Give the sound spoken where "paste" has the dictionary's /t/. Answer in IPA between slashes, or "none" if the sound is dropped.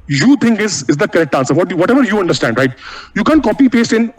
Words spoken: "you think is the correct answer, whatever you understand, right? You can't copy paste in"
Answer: /t/